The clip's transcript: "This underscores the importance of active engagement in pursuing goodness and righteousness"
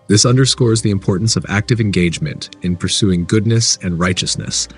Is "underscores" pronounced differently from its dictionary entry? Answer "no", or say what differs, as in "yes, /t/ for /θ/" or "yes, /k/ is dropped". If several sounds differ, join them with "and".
no